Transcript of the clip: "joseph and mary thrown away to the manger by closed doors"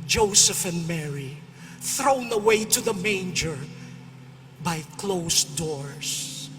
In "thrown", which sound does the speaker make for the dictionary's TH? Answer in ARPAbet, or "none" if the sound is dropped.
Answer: TH